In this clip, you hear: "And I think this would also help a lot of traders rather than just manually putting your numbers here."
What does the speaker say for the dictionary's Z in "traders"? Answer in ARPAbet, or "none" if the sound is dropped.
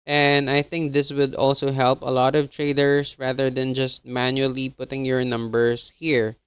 S